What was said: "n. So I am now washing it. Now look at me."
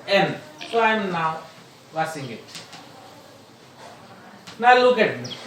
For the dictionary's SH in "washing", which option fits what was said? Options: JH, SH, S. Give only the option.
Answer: S